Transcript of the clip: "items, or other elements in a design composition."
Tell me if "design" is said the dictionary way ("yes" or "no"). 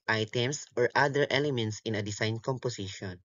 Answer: no